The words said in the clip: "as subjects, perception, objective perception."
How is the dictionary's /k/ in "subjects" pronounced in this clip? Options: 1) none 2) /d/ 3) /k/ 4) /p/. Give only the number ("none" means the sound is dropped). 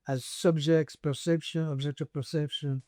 3